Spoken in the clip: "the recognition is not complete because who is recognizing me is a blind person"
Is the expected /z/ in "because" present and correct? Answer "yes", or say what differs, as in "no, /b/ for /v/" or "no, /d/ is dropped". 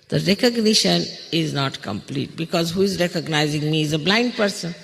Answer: yes